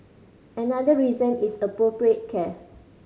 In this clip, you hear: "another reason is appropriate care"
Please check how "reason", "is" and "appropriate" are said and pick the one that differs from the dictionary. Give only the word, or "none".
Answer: is